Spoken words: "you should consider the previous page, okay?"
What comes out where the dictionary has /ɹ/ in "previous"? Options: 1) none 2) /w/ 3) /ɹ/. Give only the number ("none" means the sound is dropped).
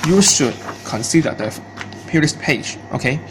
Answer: 1